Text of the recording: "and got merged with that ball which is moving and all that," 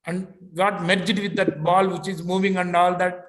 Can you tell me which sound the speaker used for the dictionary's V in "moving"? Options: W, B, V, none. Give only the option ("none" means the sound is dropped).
V